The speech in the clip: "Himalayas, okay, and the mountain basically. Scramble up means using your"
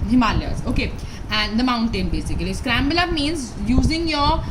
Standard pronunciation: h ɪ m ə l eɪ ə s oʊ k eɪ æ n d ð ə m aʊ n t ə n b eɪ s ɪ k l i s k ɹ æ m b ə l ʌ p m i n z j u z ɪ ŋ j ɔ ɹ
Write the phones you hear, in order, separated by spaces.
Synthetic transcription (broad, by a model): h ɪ m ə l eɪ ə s oʊ k eɪ æ n d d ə m aʊ n t ə n b eɪ s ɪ k l i s k ɹ æ m b ə l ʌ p m i n z j u z ɪ ŋ j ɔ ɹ